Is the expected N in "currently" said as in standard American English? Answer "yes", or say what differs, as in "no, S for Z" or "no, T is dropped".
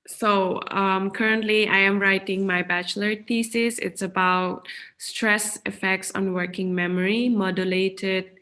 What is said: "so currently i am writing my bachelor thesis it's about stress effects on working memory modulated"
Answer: yes